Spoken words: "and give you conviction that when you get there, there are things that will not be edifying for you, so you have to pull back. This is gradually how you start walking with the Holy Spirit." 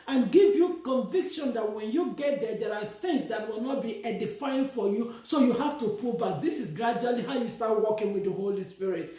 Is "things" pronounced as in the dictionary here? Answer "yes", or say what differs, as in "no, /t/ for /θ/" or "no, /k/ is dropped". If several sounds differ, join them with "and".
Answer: no, /s/ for /θ/